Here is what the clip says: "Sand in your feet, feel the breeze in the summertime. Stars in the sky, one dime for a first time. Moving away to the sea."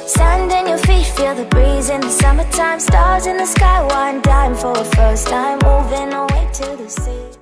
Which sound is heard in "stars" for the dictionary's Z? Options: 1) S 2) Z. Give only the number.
2